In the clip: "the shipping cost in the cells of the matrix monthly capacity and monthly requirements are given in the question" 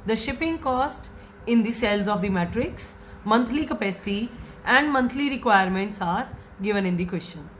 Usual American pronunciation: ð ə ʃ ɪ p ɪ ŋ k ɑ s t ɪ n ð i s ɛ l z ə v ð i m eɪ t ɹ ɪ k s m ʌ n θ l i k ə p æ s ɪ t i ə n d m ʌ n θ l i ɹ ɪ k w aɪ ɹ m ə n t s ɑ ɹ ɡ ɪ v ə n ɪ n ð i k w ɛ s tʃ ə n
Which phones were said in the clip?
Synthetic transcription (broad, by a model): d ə ʃ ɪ p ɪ ŋ k ɑ s t ɪ n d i s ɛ l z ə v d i m eɪ t ɹ ɪ k s m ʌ n t l i k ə p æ s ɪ t i ə n d m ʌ n t l i ɹ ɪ k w aɪ ɹ m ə n t s ɑ ɹ ɡ ɪ v ə n ɪ n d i k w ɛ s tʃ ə n